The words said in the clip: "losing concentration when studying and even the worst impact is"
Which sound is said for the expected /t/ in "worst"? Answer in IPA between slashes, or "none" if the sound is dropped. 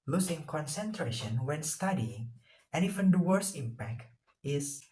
none